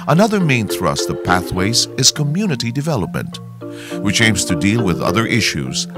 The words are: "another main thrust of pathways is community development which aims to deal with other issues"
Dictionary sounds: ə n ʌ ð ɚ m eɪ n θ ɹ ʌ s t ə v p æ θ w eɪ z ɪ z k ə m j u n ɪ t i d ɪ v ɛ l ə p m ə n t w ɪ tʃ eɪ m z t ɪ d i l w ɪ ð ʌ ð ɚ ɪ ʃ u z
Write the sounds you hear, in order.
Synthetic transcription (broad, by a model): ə n ʌ ð ɚ m eɪ n θ ɹ ʌ s t ə v p æ θ w eɪ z ɪ z k ə m j u n ɪ t i d ɪ v ɛ l ə p m ə n t w ɪ tʃ eɪ m z t ɪ d i l w ɪ ð ʌ ð ɚ ɪ ʃ u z